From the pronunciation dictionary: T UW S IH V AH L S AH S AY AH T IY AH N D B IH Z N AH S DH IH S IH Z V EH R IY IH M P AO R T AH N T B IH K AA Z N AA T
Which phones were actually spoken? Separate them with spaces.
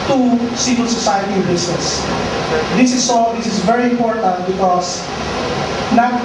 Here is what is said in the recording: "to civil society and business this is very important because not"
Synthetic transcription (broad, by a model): T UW S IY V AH L S AH S AY AH T IY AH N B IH S N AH S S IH S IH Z V EH R IY IH M P AO R T AH N T B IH K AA S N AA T